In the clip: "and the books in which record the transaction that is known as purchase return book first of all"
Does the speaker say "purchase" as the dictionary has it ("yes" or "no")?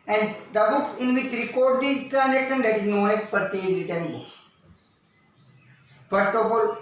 no